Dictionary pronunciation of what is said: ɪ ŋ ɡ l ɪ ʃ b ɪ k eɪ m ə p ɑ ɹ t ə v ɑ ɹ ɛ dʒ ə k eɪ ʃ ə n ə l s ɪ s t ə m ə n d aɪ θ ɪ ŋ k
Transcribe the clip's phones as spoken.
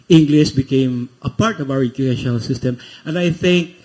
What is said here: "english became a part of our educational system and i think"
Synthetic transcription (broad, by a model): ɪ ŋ ɡ l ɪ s b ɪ k eɪ m ə p ɑ ɹ t ə v ɑ ɹ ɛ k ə eɪ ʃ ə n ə l s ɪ s t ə m ə n d aɪ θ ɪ ŋ k